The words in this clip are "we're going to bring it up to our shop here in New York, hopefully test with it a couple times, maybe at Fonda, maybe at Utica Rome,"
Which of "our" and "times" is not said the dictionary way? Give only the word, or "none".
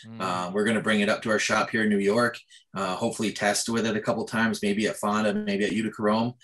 none